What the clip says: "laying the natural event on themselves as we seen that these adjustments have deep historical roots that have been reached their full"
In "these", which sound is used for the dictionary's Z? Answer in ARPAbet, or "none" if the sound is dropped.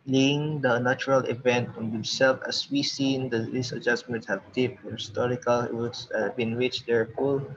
S